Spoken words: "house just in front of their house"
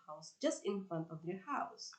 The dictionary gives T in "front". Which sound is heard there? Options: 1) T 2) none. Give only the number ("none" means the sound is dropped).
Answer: 1